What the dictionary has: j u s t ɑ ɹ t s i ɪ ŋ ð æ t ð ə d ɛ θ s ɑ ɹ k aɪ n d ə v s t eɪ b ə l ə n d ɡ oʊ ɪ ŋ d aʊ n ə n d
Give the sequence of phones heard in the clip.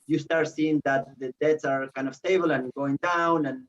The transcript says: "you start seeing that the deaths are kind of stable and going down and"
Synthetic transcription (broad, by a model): j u s t ɑ ɹ t s i ɪ ŋ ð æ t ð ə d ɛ t s ɑ ɹ k aɪ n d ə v s t eɪ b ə l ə n ɡ oʊ ɪ ŋ d aʊ n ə n